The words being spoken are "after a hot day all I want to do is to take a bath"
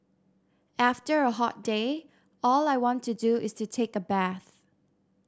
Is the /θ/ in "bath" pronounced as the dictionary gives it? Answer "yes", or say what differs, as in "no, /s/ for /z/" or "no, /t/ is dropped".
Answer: yes